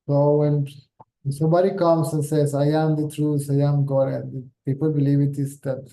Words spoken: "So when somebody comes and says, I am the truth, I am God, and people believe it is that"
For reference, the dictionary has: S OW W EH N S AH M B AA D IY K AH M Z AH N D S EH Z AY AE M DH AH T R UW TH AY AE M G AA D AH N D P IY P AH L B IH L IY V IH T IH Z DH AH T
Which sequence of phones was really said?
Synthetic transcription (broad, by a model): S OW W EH N S AH M B AA D IY K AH M S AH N S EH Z AY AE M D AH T R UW S AY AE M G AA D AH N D P IY P AH L B IH L IY V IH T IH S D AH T